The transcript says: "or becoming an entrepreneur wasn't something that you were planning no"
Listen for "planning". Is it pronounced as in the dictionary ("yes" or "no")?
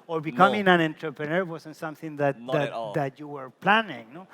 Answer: yes